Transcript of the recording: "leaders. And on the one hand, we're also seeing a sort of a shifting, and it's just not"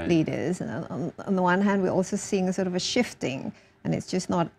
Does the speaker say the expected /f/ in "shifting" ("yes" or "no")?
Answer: yes